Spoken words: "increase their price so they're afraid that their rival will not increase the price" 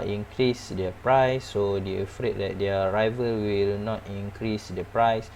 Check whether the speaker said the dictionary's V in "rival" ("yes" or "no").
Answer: yes